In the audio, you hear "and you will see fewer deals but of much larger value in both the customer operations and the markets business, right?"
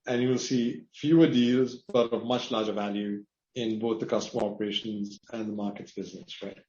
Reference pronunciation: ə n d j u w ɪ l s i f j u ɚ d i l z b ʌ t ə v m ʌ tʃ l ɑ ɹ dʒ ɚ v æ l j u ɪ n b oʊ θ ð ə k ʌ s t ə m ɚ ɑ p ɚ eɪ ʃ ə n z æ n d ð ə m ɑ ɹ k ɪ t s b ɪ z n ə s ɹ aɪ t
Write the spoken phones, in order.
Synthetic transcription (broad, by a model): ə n j u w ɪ l s i f j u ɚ d i l z b ʌ t ə v m ʌ tʃ l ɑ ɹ dʒ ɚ v æ l j u ɪ n b oʊ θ ð ə k ʌ s t ə m ɚ ɑ p ɚ eɪ ʃ ə n z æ n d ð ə m ɑ ɹ k ɪ t s b ɪ z n ə s ɹ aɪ t